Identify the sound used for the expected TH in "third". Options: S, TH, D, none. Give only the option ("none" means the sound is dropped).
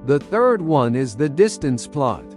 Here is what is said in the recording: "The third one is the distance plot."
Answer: TH